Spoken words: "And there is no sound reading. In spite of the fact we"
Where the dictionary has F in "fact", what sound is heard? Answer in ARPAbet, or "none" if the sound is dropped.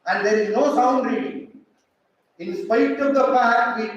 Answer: P